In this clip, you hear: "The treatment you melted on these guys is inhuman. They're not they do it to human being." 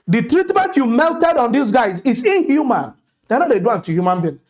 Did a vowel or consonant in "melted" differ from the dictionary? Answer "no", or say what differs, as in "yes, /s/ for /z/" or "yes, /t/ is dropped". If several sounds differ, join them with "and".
no